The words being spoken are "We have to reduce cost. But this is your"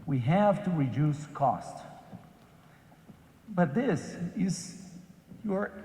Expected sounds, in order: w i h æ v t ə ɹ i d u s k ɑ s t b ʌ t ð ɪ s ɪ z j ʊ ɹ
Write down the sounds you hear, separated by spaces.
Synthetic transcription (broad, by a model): w i h æ v t ə ɹ i d u s k ɑ s t b ʌ t ð ɪ s ɪ z j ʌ ɹ